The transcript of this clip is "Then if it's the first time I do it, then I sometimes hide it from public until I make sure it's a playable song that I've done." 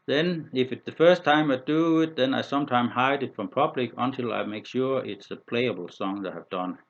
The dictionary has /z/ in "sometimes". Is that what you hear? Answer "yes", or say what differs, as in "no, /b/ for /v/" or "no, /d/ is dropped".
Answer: no, /z/ is dropped